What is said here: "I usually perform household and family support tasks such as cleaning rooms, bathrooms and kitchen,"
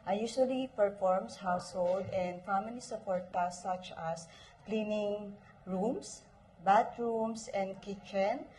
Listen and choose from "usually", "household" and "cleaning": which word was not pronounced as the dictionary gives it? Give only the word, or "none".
usually